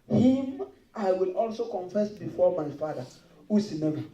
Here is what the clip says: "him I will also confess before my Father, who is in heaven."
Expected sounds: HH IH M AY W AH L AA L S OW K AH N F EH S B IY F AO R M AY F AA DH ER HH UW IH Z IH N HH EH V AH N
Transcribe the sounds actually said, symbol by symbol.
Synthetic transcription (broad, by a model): HH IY M AY W AH L AA L S OW K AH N F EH S B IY F AO M AY F AA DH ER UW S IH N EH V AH